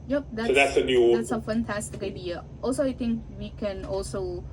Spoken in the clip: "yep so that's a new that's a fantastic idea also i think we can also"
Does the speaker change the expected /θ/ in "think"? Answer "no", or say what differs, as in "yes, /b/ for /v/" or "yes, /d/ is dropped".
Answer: yes, /t/ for /θ/